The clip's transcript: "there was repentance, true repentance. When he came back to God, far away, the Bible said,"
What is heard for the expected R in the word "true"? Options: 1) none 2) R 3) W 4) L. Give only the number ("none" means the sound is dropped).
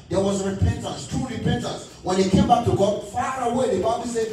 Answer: 1